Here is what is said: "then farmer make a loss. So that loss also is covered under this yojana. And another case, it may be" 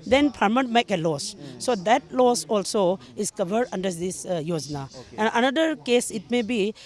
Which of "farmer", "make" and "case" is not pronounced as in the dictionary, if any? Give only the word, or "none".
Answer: farmer